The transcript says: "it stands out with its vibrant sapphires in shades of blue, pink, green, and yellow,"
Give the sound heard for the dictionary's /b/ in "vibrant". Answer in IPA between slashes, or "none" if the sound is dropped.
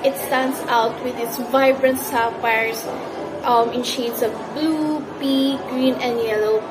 /b/